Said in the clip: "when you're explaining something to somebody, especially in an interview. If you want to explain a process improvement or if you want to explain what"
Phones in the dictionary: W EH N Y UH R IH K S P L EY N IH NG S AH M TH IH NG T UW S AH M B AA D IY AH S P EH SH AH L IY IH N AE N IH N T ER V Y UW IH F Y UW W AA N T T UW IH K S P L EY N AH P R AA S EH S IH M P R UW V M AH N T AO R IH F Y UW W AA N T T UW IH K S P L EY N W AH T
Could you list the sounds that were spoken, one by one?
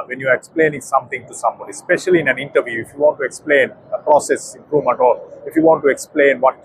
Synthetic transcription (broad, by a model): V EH N Y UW R IH K S P L EY N IH NG S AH M T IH NG T UW S AH M B AA D IY S P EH SH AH L IY IH N AE N IH N T ER V Y UW IH F Y UW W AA N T T UW IH K S P L EY N AH P R AA S EH S IH M P R UW V M AH N T AO L IH F Y UW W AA N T T UW IH K S P L EY N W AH T